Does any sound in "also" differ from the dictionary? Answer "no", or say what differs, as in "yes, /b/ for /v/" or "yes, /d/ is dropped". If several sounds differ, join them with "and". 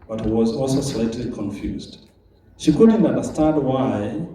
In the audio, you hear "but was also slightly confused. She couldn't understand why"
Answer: no